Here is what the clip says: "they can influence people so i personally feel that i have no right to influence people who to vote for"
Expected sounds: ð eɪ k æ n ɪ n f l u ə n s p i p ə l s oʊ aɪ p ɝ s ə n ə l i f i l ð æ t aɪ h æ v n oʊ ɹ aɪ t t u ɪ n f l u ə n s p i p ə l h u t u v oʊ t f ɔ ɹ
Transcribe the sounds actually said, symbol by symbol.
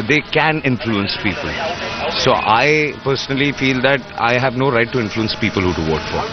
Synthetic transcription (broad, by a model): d eɪ k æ n ɪ n f l u ə n s p i p ə l s oʊ aɪ p ɝ s ə n ə l i f i l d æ t aɪ h æ v n oʊ ɹ aɪ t t u ɪ n f l u ə n s p i p ə l h u t u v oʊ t f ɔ ɹ